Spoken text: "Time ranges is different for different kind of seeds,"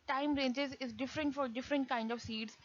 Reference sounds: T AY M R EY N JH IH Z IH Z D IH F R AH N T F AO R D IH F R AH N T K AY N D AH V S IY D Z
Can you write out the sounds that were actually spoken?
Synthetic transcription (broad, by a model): T AY M R EY N JH IH Z IH Z D IH F R AH N T F AO R D IH F R AH N T K AY N D AH V S IY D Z